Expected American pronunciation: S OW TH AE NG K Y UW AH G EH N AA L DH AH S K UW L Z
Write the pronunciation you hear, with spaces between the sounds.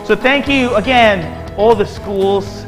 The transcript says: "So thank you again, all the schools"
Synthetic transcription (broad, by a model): S OW TH AE NG K Y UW AH G EH N AA L DH AH S K UW L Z